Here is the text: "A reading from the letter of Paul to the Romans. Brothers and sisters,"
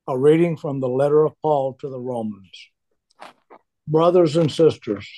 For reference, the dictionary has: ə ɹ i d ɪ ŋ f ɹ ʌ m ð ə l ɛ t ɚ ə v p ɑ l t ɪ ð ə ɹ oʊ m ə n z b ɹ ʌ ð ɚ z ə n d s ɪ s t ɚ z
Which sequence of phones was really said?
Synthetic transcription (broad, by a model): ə ɹ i d ɪ ŋ f ɹ ʌ m ð ə l ɛ t ɚ ə v p ɑ l t ɪ ð ə ɹ oʊ m ə n z b ɹ ʌ ð ɚ z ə n s ɪ s t ɚ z